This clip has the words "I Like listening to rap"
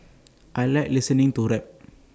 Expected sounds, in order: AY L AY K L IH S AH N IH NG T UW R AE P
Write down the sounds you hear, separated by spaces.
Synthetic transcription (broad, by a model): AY L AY L IH S AH N IH NG T UW R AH